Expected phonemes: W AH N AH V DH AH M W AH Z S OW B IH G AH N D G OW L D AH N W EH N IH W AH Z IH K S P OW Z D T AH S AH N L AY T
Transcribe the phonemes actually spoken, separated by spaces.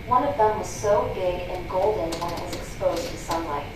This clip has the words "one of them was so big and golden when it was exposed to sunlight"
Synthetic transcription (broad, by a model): W AH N AH V DH AH M W AH Z S OW B IH G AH N G OW L D N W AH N IH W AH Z IH K S P OW Z D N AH S AH N L AY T